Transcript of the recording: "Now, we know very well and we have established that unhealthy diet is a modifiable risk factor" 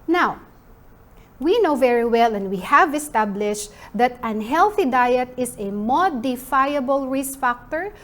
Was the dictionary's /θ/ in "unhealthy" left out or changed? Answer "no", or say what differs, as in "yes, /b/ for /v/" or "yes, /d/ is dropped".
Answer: no